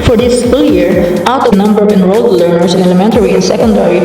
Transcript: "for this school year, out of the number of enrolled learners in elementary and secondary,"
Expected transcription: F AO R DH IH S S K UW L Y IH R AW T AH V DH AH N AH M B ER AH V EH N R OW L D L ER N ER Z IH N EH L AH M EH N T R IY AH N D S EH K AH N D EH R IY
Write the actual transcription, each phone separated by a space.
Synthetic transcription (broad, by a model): F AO R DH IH S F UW L Y IH R AW T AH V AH N AH M B ER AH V EH N R OW L D L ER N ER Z IH N EH L AH M EH N T R IY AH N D S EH K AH N D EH R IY